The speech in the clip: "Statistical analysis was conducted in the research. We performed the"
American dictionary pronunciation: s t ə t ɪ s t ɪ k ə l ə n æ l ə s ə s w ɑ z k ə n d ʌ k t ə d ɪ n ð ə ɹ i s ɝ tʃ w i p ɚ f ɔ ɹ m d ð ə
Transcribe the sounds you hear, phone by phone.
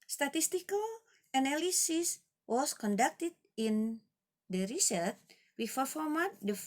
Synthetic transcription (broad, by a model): s t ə t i s t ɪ k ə l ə n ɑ l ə s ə s w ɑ s k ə n d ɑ k t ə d ɪ n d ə ɹ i s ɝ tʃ w i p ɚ f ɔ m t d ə